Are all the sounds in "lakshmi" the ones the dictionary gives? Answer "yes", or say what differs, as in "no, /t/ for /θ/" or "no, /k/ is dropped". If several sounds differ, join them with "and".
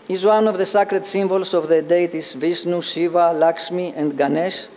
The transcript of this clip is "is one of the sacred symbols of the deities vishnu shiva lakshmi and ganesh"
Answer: no, /s/ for /ʃ/